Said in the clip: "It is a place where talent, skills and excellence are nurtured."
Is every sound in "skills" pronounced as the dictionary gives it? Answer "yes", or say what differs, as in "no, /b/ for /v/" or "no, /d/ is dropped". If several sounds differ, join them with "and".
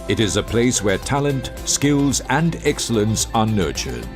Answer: yes